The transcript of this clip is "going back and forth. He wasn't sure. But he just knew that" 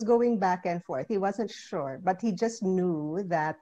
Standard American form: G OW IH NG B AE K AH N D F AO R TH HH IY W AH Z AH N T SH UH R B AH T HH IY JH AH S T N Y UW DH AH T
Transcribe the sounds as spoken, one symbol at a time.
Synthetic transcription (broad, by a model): G OW IH NG B AE K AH N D F AO R TH HH IY W AH Z AH N T SH UH R B AH T HH IY JH AH S T N Y UW DH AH T